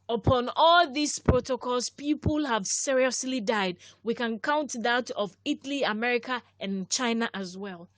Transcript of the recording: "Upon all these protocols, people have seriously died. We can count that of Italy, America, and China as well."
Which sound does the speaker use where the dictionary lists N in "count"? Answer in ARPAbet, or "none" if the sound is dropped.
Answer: N